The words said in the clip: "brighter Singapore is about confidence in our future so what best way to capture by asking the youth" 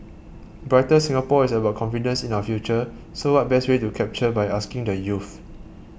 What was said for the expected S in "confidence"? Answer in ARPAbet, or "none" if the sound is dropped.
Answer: S